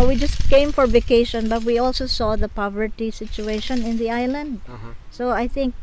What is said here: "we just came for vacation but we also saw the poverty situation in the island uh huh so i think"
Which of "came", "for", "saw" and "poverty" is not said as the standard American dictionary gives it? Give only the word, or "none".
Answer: none